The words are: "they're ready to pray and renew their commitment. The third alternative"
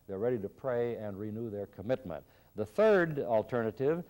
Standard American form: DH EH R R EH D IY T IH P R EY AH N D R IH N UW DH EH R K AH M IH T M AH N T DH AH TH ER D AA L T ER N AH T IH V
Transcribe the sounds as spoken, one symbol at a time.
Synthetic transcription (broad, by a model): DH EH R R EH D IY T IH P R EY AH N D R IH N UW DH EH R K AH M IH T M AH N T DH AH TH ER D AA L T ER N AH T IH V